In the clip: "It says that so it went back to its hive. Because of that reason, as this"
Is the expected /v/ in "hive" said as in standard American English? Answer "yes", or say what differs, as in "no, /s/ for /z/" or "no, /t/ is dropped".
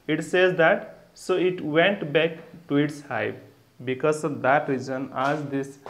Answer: no, /p/ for /v/